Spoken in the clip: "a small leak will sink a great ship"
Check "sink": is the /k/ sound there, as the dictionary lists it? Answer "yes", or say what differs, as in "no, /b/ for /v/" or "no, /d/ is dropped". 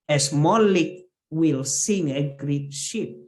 no, /k/ is dropped